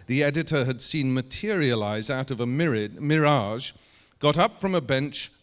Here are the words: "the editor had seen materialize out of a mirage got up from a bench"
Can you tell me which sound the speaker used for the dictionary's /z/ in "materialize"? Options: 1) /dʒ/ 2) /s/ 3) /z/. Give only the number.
3